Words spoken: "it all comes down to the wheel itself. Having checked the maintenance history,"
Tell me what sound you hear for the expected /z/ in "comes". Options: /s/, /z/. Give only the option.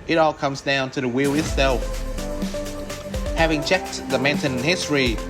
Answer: /z/